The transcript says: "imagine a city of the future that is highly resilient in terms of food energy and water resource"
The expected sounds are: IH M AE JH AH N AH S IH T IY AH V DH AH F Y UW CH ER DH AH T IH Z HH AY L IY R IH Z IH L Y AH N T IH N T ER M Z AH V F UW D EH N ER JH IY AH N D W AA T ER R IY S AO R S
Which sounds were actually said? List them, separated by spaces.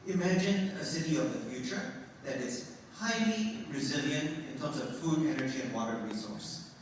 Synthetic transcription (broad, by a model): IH M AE JH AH N AH S IH T IY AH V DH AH F Y UW CH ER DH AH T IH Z HH AY L IY R IH Z IH L Y AH N T IH N T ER M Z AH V F UW D EH N ER JH IY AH N W AA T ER R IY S AO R S